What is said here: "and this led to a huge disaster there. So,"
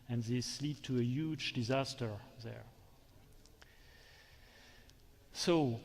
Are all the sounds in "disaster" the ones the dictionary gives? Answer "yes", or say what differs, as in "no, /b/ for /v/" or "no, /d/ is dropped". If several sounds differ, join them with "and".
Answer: yes